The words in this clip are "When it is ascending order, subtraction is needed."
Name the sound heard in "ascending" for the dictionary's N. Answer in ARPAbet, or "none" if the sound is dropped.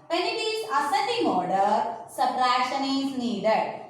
none